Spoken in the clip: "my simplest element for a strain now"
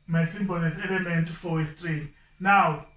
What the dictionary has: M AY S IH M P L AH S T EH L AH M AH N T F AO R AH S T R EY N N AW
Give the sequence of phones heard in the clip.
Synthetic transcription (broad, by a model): M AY S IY M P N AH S EH L AH M AH N T F AO W AH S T R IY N N AW